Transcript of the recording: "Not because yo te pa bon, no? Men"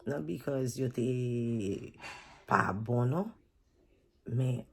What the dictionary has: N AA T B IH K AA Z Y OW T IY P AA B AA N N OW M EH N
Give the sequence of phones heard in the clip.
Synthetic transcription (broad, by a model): N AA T B IH K AA Z Y OW T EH P AA B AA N N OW M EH